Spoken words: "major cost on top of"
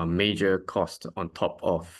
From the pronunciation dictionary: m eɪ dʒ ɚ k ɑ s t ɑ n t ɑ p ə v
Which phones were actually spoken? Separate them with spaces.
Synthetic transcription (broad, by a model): m eɪ dʒ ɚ k ɑ s t ɑ n t ɑ p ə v